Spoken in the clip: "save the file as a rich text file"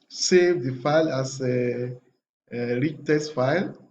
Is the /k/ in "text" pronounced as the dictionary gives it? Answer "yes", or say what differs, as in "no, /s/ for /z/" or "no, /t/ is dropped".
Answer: no, /k/ is dropped